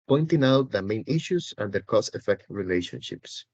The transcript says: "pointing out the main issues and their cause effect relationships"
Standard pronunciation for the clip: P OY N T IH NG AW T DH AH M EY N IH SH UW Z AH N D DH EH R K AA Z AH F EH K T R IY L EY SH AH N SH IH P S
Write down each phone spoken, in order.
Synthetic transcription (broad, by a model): P OY N T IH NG AW T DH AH M EY N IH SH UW S AH N D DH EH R K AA S AH F EH K T R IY L EY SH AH N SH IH P S